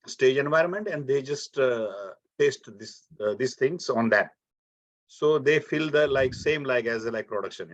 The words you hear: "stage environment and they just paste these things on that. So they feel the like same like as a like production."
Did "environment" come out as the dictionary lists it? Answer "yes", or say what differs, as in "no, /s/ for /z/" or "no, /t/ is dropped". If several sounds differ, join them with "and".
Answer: yes